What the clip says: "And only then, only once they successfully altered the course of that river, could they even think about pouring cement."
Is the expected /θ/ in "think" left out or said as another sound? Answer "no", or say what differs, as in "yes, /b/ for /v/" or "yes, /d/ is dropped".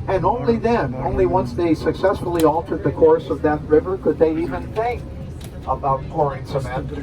no